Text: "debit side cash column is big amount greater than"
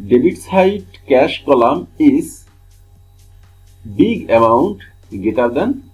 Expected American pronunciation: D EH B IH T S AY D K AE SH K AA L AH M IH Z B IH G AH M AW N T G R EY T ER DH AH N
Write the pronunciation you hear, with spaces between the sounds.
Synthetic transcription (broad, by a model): D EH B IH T S AY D K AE SH K AA L AH M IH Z B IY G AH M AW N T G EY T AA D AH N